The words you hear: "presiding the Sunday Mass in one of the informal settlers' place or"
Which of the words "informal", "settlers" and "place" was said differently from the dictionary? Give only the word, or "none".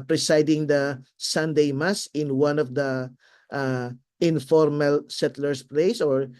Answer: settlers